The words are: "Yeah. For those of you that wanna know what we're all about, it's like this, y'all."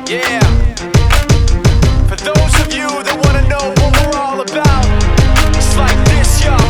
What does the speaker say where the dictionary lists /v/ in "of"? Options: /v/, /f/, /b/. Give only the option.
/v/